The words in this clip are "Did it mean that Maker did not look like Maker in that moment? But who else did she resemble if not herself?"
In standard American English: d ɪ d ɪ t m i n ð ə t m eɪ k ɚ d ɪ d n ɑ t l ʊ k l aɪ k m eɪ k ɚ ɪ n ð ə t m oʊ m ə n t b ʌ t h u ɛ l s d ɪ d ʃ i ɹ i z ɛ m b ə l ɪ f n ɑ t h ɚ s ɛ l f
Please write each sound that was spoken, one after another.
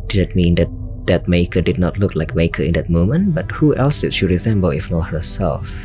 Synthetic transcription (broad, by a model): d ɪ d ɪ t m i n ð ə t m eɪ k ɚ d ɪ d n ɑ t l ʊ k l aɪ k m eɪ k ɚ ɪ n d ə t m oʊ m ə n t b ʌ t h u ɛ l s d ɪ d ʃ i ɹ i z ɛ m b ə l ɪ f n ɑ h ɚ s ɛ l f